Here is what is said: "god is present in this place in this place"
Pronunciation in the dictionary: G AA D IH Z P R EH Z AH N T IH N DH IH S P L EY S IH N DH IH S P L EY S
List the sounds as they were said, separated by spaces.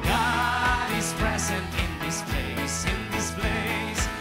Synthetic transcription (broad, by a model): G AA D IH Z P R EH Z AH N T IH N DH IH S P L EY S IH N DH IH S P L EY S